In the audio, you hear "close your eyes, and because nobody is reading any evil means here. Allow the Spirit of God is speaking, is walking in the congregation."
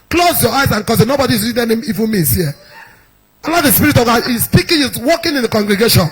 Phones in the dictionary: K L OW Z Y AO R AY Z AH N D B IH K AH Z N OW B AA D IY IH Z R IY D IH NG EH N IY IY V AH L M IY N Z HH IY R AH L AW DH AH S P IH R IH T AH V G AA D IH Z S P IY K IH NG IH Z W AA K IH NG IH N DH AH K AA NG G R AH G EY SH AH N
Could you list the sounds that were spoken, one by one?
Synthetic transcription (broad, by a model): K L OW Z Y AO AY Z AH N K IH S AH N OW B AA D IY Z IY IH EH N IY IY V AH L M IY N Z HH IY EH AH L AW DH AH S P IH R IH T AH V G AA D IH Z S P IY K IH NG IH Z W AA K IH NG IH N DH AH K AA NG G R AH G EY SH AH N